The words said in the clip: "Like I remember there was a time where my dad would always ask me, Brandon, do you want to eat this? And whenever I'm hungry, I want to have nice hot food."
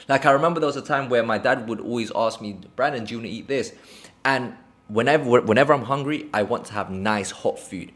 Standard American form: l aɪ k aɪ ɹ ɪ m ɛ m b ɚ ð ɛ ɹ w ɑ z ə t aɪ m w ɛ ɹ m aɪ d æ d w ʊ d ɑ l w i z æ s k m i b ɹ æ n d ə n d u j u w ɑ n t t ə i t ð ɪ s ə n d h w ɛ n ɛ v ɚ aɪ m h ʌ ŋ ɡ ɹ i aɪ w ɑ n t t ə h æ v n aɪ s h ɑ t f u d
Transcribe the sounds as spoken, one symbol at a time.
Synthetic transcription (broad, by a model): l aɪ k aɪ ɹ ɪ m ɛ m b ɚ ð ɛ w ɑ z ə t aɪ m w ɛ m aɪ d æ d w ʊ d ɑ l w i z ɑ s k m i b ɹ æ n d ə n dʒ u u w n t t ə i t ð ɪ s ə n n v w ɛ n ɛ v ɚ aɪ m h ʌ ŋ ɡ ɹ i aɪ w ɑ n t t ə h æ v n aɪ s h ɑ t f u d